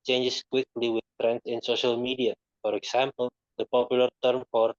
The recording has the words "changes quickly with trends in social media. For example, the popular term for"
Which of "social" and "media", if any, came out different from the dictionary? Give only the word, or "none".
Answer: none